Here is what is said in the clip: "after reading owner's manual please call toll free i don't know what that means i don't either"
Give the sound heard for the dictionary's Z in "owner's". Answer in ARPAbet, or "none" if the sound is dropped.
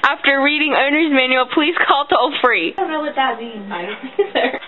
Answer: Z